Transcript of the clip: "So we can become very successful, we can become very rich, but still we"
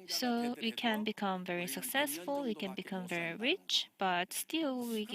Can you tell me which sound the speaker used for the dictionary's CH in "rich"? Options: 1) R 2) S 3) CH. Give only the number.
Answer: 3